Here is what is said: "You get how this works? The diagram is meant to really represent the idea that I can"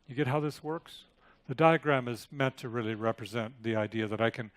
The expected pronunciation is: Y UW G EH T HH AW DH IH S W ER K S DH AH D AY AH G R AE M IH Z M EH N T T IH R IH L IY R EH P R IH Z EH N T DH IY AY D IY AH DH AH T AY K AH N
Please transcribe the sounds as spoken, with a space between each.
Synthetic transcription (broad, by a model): Y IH G EH T HH AW DH IH S W ER K S DH AH D AY AH G R AE M IH Z M EH N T T IH R IH L IY R EH P R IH Z EH N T DH IY AY D IY AH DH AH T AY K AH N